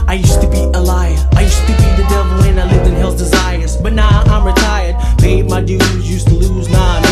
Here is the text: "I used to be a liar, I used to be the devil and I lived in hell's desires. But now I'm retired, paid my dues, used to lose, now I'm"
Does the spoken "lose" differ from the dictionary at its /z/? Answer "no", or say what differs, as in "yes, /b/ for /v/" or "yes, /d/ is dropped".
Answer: no